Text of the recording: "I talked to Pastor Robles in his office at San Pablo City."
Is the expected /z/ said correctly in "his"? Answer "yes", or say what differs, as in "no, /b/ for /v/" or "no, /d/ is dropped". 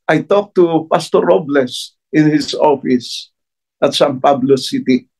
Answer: no, /s/ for /z/